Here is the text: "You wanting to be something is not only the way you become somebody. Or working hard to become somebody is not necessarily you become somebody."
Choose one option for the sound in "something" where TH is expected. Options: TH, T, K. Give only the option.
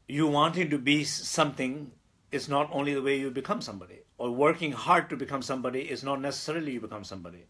T